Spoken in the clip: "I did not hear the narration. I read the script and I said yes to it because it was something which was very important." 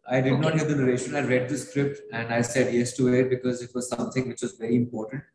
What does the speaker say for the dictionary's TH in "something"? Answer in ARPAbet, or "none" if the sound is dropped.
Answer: T